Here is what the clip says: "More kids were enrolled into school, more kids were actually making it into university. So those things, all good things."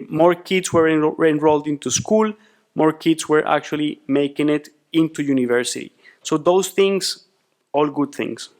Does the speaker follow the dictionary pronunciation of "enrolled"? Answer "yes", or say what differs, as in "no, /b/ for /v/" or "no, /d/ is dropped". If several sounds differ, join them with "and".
yes